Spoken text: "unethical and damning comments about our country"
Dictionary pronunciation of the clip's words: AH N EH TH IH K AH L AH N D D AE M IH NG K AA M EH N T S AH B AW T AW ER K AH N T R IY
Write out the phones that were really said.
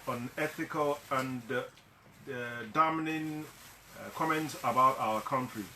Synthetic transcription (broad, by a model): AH N EH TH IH K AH L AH N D D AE M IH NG K AA M EH N T S AH B AW T AW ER K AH N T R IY